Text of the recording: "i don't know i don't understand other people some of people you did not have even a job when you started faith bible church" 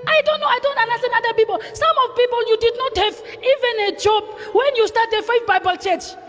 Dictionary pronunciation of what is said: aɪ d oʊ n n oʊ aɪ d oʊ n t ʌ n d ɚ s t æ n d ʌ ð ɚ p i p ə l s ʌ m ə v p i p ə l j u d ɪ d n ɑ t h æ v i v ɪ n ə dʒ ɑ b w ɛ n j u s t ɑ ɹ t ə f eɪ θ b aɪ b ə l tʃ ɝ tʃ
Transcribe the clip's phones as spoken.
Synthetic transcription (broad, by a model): aɪ d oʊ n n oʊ aɪ d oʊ n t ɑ n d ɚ s t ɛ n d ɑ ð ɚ p i p ə l s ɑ m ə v p i p ə l j u d ɪ d n ɑ t h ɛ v i v ɪ n ə dʒ ɑ b w ɛ n j u s t ɑ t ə f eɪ f b aɪ b ə l tʃ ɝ tʃ